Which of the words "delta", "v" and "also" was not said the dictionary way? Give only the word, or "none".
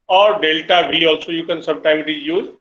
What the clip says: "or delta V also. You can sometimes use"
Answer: v